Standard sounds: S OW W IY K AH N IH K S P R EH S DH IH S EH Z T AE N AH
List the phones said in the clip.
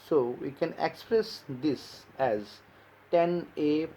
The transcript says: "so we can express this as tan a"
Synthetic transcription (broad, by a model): S OW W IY K AH N IH K S P R EH S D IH S EH Z T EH N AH